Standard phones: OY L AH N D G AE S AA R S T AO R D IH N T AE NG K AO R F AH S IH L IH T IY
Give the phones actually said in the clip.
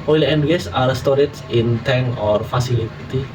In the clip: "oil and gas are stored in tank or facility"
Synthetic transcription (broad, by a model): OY L AH N D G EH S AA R S T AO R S IH N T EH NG AO R F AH S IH L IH T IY